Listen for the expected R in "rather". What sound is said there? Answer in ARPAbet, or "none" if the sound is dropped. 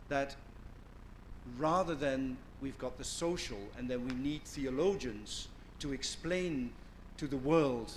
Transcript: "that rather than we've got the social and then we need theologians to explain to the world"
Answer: R